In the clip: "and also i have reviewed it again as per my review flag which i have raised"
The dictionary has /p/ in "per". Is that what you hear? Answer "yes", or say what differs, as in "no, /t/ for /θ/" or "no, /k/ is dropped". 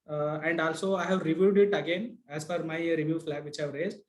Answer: no, /f/ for /p/